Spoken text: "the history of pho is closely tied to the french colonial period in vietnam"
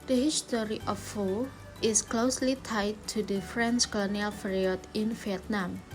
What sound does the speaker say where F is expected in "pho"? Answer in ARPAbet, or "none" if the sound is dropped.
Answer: F